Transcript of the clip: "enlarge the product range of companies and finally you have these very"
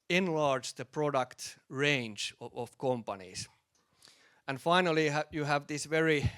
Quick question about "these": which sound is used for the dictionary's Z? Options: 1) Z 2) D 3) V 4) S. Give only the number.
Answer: 4